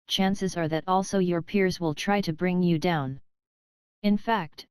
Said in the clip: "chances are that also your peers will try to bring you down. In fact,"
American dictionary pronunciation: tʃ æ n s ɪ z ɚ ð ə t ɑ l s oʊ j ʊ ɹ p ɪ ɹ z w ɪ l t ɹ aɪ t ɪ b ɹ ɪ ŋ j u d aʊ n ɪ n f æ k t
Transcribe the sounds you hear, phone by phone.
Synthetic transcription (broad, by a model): tʃ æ n s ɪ z ɚ ð ə t ɑ l s oʊ j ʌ ɹ p ɪ ɹ z w ɪ l t ɹ aɪ t ɪ b ɹ ɪ ŋ j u d aʊ n ɪ n f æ k t